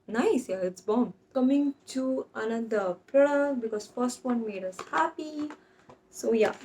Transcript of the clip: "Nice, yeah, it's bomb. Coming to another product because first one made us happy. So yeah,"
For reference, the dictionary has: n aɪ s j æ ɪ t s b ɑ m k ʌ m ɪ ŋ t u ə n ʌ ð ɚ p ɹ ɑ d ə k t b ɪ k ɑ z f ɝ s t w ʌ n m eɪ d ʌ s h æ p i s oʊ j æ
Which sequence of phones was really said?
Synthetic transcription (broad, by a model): n aɪ s j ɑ ɪ t s b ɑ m k ʌ m ɪ ŋ t u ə n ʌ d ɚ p ɛ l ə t b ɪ k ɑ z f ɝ s t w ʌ n m eɪ d ʌ s h æ p i s oʊ j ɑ